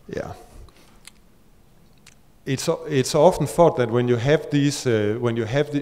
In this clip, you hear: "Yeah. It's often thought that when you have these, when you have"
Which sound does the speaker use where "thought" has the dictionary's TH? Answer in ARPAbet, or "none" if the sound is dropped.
F